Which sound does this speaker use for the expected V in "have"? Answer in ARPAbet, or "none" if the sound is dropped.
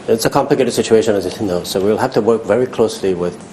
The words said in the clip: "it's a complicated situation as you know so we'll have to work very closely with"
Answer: F